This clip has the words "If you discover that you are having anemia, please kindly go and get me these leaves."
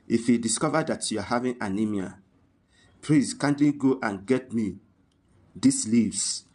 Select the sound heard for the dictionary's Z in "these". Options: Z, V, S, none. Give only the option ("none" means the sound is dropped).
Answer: S